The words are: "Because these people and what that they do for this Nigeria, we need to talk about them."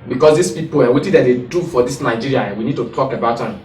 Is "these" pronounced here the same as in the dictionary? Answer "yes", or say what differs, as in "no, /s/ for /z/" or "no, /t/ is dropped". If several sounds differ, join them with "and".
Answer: no, /s/ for /z/